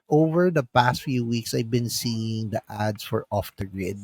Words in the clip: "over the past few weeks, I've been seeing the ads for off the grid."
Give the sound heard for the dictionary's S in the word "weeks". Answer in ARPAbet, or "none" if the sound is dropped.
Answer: S